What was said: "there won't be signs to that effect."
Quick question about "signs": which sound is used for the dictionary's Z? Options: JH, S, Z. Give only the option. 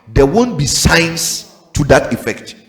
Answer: S